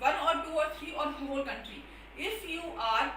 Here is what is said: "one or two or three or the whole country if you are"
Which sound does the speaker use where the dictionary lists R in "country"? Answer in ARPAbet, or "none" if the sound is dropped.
R